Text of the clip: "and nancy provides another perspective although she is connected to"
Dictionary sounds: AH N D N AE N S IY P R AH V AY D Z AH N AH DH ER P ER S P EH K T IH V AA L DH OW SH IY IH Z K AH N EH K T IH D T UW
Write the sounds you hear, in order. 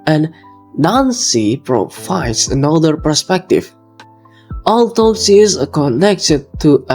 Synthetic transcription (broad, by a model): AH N N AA N S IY P R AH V AY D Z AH N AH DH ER P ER S P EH K T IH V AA L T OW S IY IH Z K AH N EH K T IH D T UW